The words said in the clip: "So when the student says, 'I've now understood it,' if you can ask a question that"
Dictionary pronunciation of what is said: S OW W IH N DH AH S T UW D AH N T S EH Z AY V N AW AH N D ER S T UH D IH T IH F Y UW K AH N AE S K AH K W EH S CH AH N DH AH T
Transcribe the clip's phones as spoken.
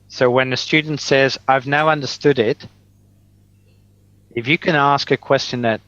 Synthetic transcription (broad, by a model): S OW W IH N DH AH S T UW D N T S EH Z AY V N AW AH N D ER S T UH D IH T IH F Y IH K AH N AE S K AH K W EH S CH AH N DH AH T